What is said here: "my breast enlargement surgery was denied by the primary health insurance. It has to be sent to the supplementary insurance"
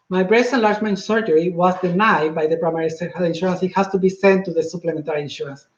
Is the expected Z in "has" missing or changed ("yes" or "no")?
yes